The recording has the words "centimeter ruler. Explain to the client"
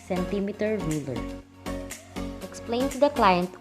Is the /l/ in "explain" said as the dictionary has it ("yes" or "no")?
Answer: yes